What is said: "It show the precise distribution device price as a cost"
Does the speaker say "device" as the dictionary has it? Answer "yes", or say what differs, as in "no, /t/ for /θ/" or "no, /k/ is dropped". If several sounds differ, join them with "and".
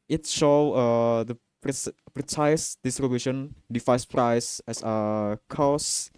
no, /f/ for /v/